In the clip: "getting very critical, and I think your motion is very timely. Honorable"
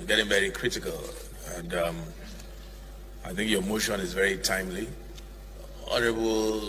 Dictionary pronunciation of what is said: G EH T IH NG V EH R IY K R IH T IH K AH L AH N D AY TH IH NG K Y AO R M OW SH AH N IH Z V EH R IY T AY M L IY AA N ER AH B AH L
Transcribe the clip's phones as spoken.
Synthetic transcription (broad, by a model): G EH T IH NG V EH R IY K R IH T IH K AH L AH N D AY TH IH NG K Y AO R M OW SH AH N IH Z V EH R IY T AY M L IY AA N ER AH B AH L